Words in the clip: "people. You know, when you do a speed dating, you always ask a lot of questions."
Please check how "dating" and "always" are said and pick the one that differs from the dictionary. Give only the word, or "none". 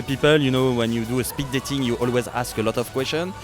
none